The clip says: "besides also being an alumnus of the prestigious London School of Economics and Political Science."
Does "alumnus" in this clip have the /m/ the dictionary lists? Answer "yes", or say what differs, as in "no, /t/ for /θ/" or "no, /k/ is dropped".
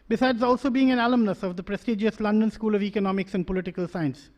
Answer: yes